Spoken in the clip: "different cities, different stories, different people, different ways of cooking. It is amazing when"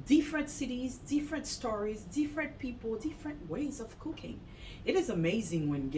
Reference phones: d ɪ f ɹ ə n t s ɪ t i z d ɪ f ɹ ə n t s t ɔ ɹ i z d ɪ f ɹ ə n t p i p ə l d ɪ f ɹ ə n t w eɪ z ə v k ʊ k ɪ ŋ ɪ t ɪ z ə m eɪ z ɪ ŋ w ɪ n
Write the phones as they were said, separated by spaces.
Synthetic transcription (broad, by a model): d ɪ f ɹ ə n t s ɪ t i z d ɪ f ɹ ə n t s t ɔ ɹ i z d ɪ f ɹ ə n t p i p l d ɪ f ɹ ə n t w eɪ z ə v k ʊ k ɪ ŋ ɪ t ɪ z ə m eɪ z ɪ ŋ w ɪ n